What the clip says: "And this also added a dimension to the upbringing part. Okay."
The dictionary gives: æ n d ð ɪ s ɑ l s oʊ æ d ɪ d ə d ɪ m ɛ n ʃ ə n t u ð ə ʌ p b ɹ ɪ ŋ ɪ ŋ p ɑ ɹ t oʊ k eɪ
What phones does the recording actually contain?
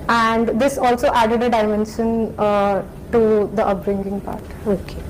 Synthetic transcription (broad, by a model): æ n d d ɪ s ɑ l s oʊ æ d ɪ d ə d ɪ m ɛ n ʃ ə n t u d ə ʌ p ɹ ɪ ŋ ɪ ŋ p ɑ ɹ t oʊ k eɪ